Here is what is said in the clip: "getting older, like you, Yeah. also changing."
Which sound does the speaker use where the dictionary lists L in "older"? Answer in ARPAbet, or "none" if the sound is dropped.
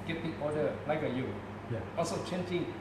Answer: none